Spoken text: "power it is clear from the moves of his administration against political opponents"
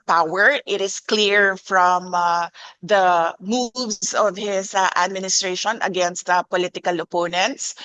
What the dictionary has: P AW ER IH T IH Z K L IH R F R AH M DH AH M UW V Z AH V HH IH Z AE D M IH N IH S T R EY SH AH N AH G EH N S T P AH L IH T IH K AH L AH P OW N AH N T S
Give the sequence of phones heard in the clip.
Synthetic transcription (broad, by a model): P AW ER IH T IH S K L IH R F R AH M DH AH M UW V S AH V HH IH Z AE D M IH N IH S T R EY SH AH N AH G EH N S T P AH L IH T IH K AH L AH P OW N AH N T S